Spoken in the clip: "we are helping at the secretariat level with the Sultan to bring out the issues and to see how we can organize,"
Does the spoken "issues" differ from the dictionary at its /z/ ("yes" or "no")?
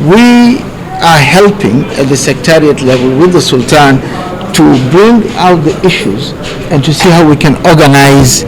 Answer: no